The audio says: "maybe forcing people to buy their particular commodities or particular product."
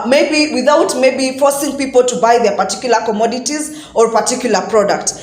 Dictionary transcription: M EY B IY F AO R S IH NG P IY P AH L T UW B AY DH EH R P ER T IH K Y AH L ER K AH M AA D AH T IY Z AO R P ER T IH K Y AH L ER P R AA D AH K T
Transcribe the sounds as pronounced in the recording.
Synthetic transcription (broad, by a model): M EY B IY F AO R S IH NG P IY P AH L T UW B AY DH EH R P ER T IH K Y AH L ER K AH M AA D AH T IY Z AO R P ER T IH K Y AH L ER P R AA D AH K T